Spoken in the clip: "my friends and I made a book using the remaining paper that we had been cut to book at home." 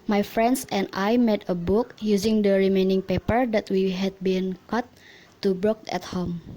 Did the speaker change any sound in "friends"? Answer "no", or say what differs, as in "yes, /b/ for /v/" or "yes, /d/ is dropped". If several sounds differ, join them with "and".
yes, /s/ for /z/